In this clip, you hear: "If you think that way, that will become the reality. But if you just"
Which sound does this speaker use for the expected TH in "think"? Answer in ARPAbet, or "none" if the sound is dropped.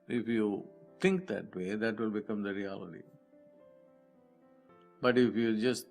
T